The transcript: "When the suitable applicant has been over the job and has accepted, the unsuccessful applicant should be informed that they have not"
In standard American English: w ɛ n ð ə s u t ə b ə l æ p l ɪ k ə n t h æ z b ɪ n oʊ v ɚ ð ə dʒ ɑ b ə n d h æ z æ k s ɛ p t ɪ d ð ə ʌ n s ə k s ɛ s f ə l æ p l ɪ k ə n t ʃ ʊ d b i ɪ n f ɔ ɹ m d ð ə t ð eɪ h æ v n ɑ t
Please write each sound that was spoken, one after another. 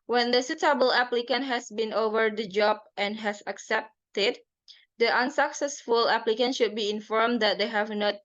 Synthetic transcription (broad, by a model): w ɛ n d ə s u t ə b ə l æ p l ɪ k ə n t h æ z b ɪ n oʊ v ɚ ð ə dʒ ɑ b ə n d h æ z æ k s ɛ p t ɪ d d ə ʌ n s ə k s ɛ s f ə l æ p l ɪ k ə n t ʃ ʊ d b i ɪ n f ɔ ɹ m d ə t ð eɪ h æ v n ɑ t